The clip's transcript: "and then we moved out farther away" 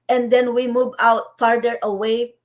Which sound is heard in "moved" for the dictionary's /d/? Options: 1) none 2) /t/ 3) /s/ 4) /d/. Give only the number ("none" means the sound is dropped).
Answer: 1